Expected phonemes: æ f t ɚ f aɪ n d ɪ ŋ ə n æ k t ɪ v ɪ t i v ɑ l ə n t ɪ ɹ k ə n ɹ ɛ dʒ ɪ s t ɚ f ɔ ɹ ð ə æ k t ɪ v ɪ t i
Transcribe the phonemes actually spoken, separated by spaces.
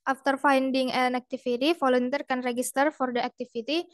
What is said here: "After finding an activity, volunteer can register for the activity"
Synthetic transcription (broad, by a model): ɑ f t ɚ f aɪ n d ɪ ŋ ə n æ k t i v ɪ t i f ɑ l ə n t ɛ ɹ k ə n ɹ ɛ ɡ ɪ s t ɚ f ɔ ɹ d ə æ k t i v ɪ t i